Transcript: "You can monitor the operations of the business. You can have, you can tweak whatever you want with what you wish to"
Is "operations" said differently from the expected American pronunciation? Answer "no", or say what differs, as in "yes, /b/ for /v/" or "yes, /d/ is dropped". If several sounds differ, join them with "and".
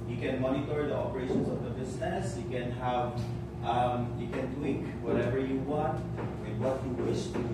yes, /s/ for /z/